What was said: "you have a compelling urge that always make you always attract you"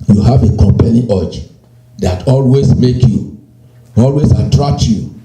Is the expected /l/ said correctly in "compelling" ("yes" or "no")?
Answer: no